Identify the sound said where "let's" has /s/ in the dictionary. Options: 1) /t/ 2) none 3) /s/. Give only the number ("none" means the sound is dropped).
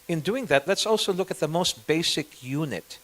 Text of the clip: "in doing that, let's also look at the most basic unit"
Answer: 3